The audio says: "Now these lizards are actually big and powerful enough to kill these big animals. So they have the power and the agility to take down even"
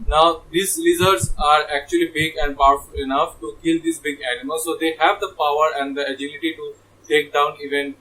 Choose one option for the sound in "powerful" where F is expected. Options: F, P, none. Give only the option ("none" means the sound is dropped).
F